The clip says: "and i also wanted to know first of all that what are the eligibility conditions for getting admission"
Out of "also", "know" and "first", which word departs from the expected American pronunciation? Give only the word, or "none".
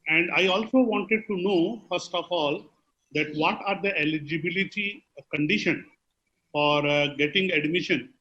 none